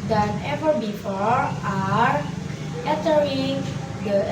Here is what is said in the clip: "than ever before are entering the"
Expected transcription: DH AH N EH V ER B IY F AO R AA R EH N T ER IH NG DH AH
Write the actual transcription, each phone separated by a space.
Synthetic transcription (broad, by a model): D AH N EH V ER B IY F AO R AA R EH T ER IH NG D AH